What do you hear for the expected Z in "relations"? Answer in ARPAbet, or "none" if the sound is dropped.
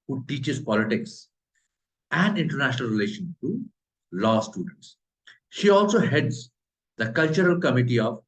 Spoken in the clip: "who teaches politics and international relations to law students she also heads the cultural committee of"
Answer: none